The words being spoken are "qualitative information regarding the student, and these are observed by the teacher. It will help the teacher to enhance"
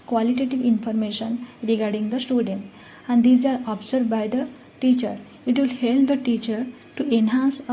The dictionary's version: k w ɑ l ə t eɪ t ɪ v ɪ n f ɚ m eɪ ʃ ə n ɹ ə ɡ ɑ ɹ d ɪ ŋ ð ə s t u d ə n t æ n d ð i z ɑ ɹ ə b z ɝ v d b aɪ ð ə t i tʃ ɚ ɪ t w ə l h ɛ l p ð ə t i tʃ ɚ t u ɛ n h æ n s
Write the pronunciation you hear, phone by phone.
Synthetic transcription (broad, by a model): k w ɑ l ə t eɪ t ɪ v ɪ n f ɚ m eɪ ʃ ə n ɹ ə ɡ ɑ ɹ d ɪ ŋ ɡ ə s t u d ə n t æ n d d i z ɑ ɹ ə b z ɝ d b aɪ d ə t i tʃ ɚ ɪ t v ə l h ɛ l p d ə t i tʃ ɚ t u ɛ n h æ n s